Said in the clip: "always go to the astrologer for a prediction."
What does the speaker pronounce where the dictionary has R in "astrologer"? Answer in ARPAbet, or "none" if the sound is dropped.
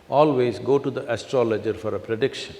R